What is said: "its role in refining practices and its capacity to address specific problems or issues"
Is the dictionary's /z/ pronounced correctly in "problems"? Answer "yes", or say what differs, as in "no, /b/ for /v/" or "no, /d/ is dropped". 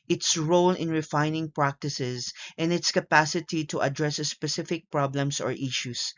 no, /s/ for /z/